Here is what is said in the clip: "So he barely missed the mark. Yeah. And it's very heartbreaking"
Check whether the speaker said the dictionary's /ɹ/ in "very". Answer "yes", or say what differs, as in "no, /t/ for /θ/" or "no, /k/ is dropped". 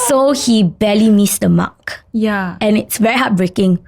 yes